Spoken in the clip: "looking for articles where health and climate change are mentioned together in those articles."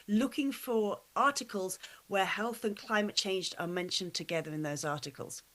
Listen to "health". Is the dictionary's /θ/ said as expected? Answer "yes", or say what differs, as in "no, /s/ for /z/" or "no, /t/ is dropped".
yes